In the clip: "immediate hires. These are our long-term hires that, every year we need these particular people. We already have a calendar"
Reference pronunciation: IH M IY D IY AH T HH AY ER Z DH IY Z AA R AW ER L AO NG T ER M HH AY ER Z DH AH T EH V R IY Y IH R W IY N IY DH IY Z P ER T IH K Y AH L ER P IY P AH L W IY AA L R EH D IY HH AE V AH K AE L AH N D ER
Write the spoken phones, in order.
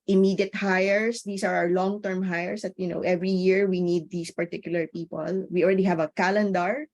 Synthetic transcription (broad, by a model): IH M IY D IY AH T HH AY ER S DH IY S AA R AW ER L AO NG T ER M HH AY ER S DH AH T EH V R IY Y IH R W IY N IY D IY S P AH T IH K Y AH L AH P IY P AH L W IY AA L R EH D IY HH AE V AH K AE L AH N D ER